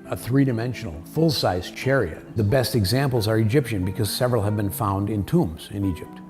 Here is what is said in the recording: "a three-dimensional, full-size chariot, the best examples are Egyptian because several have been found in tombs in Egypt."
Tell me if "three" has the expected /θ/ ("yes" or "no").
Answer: yes